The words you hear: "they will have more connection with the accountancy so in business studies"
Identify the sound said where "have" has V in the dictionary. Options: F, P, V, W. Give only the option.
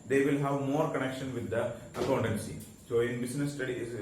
V